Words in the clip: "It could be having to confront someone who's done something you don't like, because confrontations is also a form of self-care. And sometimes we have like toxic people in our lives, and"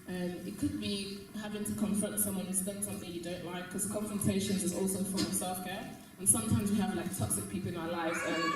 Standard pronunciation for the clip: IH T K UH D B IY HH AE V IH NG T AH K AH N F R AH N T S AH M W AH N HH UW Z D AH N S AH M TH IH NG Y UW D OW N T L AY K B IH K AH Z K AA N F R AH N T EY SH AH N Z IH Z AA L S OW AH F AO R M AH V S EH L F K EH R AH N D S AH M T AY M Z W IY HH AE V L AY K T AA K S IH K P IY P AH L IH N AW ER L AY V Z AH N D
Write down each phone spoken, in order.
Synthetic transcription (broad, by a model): IH T K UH D B IY HH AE V IH NG T AH K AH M F R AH N T S AH M W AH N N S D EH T S AH M TH IH NG Y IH D OW N T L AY IH K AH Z K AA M F R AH N T EY SH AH N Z IH Z AA L S OW AH F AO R AH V S EH L F K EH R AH N S AH M T AY M Z W IY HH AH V L AY K T AA K S IH K P IY P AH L IH N AW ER L AY V Z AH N